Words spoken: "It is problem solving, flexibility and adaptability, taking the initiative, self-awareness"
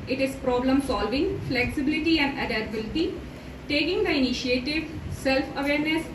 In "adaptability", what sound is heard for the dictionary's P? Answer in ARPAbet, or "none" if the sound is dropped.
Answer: none